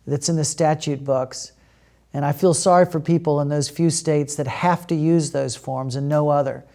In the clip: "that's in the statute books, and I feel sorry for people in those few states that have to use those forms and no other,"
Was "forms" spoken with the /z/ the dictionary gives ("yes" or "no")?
yes